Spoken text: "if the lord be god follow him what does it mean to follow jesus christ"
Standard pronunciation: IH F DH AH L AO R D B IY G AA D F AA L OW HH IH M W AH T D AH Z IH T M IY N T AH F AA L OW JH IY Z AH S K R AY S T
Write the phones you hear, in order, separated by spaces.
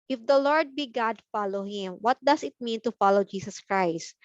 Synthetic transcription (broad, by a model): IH F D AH L AO R D B IY G AA D F AA L OW HH IH M W AH T D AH S IH T M IY N T AH F AA L OW JH IY S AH S K R AY S T